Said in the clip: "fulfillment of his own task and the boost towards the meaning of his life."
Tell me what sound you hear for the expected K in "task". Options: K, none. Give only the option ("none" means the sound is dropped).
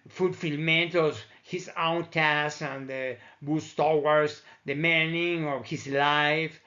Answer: none